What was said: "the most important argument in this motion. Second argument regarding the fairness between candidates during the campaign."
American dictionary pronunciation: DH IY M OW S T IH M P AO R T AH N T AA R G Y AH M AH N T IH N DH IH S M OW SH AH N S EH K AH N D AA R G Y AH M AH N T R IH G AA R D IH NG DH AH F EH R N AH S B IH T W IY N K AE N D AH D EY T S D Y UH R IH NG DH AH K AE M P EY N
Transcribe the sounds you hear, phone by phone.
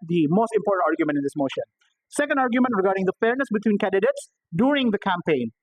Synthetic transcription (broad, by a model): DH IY M OW S T IH M P AO R T AH N T AA R G Y AH M AH N T IH N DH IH S M OW SH AH N S EH K AH N D AA R G Y AH M AH N T R IH G AA R D IH NG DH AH F EH R N AH S B IH T W IY N K AE N D AH D EY T S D Y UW R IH NG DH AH K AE M P EY N